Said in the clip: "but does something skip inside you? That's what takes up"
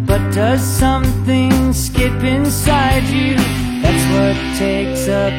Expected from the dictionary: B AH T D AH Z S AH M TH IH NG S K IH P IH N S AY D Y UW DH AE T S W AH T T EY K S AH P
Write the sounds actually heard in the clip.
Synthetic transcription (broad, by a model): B AH T D AH Z S AH M TH IH NG S K IH P IH N S AY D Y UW DH AE T S W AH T T EY K S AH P